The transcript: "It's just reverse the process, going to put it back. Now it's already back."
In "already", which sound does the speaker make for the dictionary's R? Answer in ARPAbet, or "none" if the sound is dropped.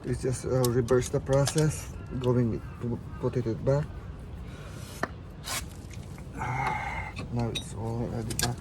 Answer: L